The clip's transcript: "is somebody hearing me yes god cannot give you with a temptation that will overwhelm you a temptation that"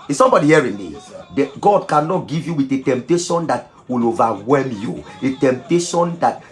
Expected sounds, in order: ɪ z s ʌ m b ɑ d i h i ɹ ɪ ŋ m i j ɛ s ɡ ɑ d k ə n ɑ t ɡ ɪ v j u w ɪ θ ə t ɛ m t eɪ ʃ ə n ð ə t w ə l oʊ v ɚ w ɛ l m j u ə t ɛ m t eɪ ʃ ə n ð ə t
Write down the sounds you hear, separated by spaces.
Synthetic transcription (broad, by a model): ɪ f s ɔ m b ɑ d i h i ɹ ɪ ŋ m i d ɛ ɡ ɑ d k ə n ɑ t ɡ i v j u w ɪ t ə t ɛ m t eɪ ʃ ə n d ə t w ə l oʊ v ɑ w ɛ l m j u ə t ɛ m t eɪ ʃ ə n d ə t